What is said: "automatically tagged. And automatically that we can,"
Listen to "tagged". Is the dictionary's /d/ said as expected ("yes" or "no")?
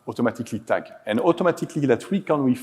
no